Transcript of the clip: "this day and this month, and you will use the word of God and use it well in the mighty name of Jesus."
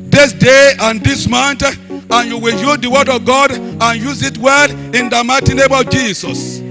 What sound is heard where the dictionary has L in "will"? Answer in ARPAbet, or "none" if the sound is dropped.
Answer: L